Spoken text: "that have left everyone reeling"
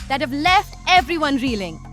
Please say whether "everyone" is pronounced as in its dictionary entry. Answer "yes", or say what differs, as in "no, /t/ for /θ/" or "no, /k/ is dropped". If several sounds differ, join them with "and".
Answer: yes